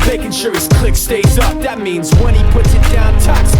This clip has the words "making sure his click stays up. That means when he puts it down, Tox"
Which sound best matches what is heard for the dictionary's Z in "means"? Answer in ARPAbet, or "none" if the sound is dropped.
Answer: Z